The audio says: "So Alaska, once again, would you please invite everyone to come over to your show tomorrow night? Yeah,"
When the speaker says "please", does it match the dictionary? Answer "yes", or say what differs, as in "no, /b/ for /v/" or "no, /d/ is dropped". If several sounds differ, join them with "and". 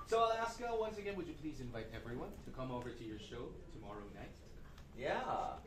yes